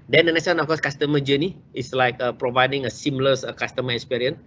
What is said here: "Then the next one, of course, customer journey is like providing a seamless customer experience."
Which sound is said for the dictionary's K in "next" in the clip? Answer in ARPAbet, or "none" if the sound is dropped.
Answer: none